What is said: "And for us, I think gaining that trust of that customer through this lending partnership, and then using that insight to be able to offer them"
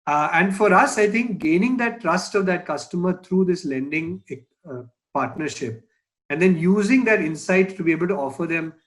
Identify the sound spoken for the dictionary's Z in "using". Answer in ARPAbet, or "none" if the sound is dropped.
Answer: Z